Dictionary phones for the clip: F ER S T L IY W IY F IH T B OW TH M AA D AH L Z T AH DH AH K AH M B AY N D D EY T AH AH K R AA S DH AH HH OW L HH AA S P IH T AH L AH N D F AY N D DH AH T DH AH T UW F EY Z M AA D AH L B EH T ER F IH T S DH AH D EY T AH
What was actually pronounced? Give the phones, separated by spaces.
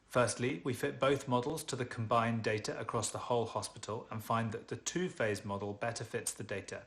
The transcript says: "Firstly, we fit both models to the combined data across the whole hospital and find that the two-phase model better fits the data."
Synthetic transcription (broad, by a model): F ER S T L IY W IY F IH T B OW TH M AA D AH L Z T AH DH AH K AH M B AY N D D EY T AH AH K R AA S DH AH HH OW L HH AA S P IH T AH L AH N F AY N DH AH T DH AH T UW F EY Z M AA D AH L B EH T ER F IH T S DH AH D EY T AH